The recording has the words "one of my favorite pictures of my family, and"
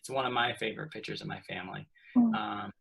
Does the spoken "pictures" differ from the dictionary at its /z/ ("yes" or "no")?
no